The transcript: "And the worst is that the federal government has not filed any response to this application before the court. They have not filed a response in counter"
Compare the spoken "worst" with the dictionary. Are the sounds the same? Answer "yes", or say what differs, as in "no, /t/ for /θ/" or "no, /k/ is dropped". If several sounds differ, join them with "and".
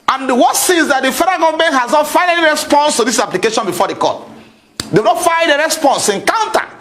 no, /t/ is dropped